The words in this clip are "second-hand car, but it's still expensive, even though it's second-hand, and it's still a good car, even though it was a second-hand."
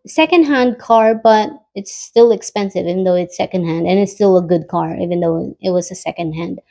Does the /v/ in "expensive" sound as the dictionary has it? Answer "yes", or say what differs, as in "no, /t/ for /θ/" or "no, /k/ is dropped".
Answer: yes